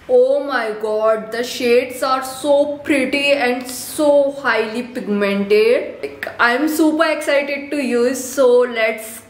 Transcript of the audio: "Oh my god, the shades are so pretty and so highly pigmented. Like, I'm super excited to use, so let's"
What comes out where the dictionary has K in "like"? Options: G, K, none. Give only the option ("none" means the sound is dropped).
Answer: none